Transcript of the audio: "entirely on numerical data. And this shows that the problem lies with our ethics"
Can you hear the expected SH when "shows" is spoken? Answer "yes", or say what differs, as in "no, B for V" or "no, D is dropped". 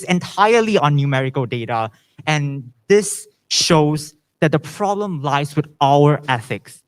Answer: yes